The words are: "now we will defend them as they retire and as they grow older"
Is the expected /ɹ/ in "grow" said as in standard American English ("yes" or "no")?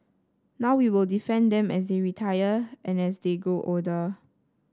no